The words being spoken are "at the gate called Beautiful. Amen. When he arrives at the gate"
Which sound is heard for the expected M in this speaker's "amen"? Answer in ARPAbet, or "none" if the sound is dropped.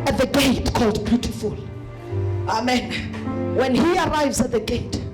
M